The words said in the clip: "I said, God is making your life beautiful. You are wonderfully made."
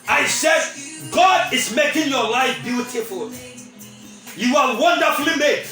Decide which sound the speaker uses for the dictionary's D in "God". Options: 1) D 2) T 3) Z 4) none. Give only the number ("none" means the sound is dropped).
1